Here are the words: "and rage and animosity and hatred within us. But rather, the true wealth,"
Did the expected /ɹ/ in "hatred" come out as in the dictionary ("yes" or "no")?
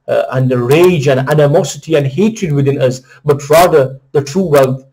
yes